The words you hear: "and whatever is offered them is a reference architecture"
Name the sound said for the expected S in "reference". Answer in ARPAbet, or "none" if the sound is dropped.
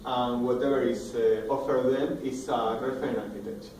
none